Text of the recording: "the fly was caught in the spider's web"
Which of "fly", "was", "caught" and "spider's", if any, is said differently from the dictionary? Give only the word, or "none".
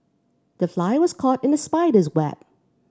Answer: none